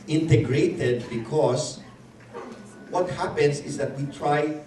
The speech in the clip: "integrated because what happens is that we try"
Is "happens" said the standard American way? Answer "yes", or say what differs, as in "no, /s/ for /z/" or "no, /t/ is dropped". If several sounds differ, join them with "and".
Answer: no, /s/ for /z/